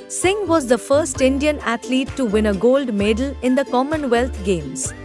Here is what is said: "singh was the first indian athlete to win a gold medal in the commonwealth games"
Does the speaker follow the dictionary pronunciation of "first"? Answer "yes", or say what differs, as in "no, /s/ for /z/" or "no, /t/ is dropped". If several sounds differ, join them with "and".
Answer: yes